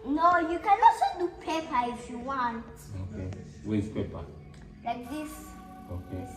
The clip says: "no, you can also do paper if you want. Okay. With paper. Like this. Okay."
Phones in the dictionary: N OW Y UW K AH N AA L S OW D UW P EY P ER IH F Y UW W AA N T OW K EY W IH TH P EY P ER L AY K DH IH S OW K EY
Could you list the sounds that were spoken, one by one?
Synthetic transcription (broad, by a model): N OW Y UW K AH N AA S OW D UW P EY P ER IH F Y UW W AA N T OW K EY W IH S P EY P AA L AY K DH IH S OW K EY